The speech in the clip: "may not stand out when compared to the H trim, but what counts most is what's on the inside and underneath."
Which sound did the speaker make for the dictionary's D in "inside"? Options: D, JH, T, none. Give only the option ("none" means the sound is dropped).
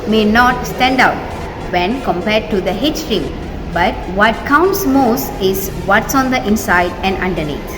D